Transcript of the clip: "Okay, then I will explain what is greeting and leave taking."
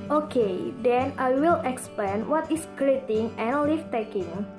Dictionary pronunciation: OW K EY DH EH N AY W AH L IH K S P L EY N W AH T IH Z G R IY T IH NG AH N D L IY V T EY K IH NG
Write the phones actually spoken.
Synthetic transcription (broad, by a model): OW K EY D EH N AY W AH L IH K S P L EY N W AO T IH S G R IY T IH NG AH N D L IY F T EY K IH NG